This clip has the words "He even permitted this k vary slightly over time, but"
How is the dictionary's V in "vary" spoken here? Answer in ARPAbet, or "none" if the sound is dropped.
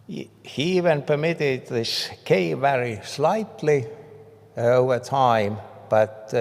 V